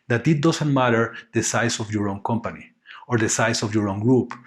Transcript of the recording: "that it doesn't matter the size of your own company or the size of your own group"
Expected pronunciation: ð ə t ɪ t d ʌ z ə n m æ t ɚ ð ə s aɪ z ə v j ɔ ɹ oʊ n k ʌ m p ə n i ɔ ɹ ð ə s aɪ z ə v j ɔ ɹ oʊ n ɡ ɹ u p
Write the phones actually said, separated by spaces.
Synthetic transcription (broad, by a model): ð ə t ɪ t d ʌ s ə n m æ t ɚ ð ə s aɪ s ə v j ɔ ɹ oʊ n k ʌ m p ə n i ɔ ɹ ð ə s aɪ s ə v j ɔ ɹ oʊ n ɡ ɹ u p